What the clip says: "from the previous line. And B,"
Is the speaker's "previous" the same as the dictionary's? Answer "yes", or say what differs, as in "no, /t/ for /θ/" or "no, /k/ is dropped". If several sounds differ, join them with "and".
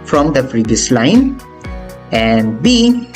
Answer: no, /f/ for /p/